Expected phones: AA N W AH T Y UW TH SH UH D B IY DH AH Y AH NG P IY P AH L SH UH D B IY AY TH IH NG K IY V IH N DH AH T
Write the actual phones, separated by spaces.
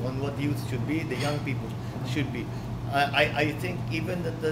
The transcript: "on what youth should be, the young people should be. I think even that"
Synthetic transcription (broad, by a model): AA N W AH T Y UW T SH UH D B IY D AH Y AH NG P IY P AH L SH UH D B IY AY T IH NG K IY V IH N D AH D